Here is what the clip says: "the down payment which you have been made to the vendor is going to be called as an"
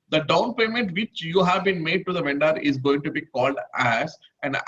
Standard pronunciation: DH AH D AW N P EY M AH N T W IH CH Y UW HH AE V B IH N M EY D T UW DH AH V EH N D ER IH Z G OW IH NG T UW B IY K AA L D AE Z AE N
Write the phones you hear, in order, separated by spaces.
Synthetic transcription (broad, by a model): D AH D AW N P EY M AH N T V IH CH Y UW HH AE V B IH N M EY D T UW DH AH V EH N D ER IH Z G OW IH NG T UW B IY K AA L D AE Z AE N